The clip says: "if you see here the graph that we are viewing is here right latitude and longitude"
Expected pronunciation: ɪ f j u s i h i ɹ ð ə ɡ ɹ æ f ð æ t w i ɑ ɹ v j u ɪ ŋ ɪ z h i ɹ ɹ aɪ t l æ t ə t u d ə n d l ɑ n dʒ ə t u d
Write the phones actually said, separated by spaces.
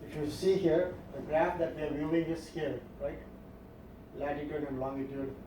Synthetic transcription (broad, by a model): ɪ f j u s i h i ɹ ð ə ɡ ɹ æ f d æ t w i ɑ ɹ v j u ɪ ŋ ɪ s h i ɹ ɹ aɪ t l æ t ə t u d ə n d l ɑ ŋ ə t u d